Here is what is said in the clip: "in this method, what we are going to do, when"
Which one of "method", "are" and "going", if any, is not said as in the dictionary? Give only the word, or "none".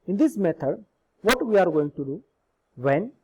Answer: method